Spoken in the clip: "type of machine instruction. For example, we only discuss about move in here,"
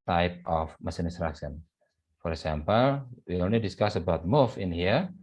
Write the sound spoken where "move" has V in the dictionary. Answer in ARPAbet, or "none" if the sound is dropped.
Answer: F